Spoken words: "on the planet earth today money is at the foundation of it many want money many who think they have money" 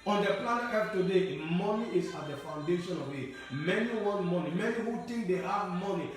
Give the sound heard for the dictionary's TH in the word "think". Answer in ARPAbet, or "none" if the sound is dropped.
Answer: T